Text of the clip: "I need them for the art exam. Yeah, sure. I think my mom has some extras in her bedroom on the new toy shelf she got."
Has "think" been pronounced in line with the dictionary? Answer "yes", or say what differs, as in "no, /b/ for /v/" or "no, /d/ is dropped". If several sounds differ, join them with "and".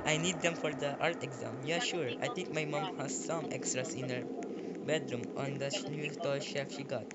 no, /t/ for /θ/